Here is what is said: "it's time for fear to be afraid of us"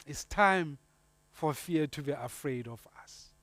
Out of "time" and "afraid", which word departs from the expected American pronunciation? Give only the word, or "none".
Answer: none